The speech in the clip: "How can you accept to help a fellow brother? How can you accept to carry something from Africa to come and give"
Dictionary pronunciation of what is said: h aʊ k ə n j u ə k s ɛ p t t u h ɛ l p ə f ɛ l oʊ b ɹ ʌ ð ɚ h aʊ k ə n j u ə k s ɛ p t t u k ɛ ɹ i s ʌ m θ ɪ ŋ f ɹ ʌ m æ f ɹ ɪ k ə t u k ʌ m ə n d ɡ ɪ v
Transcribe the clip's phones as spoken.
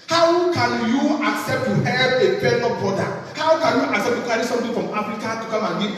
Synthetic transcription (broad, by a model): h aʊ k ə n j u ə k s ɛ p t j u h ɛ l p ə p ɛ n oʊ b ɔ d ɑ h aʊ k ə n j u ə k s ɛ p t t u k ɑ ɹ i s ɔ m t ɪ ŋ f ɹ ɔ m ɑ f ɹ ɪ k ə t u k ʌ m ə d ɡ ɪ